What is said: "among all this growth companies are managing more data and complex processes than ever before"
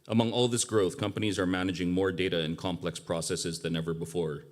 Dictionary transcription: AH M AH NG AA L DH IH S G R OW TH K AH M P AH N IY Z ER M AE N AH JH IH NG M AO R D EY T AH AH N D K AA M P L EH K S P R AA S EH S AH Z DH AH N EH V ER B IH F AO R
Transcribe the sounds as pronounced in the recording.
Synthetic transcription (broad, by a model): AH M AH NG AA L DH IH S G R OW TH K AH M P AH N IY Z ER M AE N AH JH IH NG M AO R D EY T AH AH N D K AA M P L EH K S P R AA S EH S AH Z DH AH N EH V ER B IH F AO R